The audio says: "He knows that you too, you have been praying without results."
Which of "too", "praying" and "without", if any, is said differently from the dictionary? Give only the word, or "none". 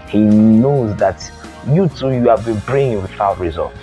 praying